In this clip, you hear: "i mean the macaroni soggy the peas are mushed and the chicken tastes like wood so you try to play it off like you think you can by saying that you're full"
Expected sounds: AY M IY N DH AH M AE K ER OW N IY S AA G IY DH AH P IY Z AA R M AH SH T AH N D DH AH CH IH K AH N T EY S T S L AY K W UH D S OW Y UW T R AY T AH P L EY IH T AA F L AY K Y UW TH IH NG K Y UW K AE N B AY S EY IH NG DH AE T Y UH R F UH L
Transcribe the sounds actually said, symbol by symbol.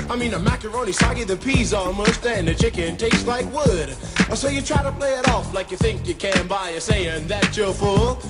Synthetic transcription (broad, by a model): AY M IY N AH M AE K ER OW N IY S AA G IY DH AH P IY Z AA L M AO S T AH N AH CH IH K AH N T EY S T L AY K W UH D S OW Y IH T R AY T AH P L EY IH T AA F L AY K Y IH TH IH NG K Y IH K AE N B AY S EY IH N DH AE T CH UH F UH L